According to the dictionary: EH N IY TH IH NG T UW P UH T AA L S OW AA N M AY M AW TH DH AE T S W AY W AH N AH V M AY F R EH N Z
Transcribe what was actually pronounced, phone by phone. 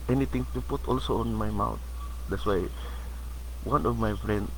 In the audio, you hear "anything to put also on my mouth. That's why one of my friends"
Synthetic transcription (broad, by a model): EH N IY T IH NG T UW P UH T AA L S OW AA N M AY M AW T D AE T S W AY W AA N AH V M AY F R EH N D